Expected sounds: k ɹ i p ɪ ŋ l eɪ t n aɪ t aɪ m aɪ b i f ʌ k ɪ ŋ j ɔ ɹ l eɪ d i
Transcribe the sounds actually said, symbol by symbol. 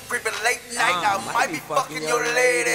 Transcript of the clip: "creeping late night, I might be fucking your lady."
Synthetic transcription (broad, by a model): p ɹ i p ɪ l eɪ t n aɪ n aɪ m aɪ b i p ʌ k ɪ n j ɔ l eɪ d